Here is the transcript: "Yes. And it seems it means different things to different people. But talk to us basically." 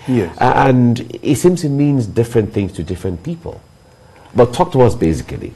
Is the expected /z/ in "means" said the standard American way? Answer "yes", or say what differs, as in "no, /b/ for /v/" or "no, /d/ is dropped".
yes